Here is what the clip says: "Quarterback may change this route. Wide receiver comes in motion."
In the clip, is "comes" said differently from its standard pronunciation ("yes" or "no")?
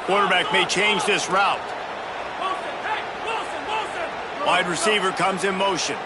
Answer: no